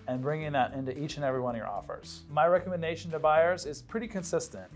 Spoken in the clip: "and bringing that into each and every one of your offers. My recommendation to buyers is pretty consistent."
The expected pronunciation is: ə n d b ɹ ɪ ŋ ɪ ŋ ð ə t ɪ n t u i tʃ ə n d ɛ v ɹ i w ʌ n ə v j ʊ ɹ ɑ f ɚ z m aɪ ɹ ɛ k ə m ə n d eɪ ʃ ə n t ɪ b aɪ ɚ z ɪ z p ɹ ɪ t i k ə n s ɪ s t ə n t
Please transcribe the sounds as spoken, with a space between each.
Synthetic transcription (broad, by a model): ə n b ɹ ɪ ŋ ɪ ŋ ð ə t ɪ n t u i tʃ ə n ɛ v ɹ i w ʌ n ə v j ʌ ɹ ɑ f ɚ z m aɪ ɹ ɛ k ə m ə n d eɪ ʃ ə n t ɪ b aɪ ɚ z ɪ z p ɹ ɪ t i k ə n s ɪ s t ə n t